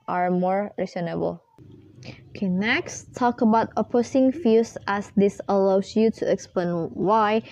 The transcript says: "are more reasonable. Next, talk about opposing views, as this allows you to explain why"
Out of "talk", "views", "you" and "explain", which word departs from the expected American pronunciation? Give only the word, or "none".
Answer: views